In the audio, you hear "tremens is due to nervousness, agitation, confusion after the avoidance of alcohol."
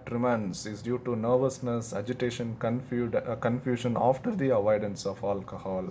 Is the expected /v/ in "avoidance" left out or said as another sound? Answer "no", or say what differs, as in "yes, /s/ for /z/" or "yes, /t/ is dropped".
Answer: no